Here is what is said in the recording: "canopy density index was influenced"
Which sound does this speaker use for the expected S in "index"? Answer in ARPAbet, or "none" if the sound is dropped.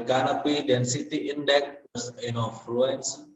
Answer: none